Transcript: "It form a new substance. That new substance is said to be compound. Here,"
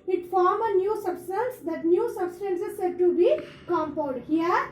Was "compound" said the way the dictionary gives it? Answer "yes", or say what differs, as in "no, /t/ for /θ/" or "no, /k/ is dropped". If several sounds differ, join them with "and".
no, /l/ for /n/